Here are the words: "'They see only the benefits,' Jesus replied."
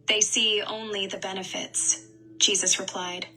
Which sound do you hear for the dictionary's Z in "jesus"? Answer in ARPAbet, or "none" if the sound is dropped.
Z